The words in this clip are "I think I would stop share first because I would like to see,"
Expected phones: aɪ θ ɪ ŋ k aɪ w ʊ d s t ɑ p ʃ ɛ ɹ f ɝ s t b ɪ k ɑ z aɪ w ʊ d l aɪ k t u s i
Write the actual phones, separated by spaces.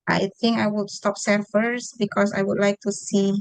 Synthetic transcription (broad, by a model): aɪ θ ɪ ŋ k aɪ w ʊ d s t ɑ p s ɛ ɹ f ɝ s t b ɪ k ɑ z aɪ w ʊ d l aɪ k t u s i